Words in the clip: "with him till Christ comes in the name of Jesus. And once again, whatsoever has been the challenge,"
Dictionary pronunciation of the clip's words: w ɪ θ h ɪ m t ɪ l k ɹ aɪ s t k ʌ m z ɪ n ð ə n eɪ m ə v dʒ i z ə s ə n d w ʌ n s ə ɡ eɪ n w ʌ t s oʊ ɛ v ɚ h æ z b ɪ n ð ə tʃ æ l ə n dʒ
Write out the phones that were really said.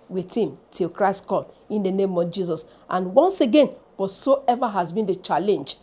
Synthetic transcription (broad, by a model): w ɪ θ h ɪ m t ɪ l k ɹ aɪ s t k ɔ m ɪ n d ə n eɪ m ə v dʒ i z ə s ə n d w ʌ n s ə ɡ eɪ n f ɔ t s oʊ ɛ v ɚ h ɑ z b ɪ n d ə tʃ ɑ l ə n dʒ